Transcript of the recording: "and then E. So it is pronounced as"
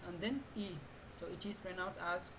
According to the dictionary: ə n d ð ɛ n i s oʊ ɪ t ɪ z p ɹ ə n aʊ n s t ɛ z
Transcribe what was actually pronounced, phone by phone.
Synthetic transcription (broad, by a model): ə n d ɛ n i s oʊ ɪ t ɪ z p ɹ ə n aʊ n s ɛ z